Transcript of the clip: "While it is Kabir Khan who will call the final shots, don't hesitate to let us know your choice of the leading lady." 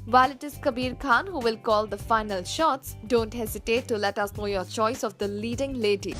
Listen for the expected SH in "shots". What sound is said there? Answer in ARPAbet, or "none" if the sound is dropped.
SH